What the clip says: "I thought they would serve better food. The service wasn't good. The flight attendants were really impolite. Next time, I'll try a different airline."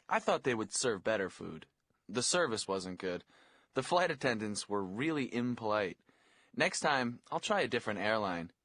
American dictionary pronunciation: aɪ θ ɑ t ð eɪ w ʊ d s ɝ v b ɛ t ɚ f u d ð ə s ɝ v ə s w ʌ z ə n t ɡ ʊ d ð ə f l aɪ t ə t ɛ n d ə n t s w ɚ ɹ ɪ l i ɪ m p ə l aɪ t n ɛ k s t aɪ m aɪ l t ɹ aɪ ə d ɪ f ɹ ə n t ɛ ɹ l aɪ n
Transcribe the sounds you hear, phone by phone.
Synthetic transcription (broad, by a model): aɪ θ ɑ t ð eɪ w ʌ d s ɝ v b ɛ t ɚ f u d ð ə s ɝ v ə s w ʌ z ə n ɡ ʊ d ð ə f l aɪ t ə t ɛ n d ə n t s w ɚ ɹ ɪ l i ɪ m p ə l aɪ t n ɛ k s t aɪ m aɪ l t ɹ aɪ ə d ɪ f ɹ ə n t ɛ ɹ l aɪ n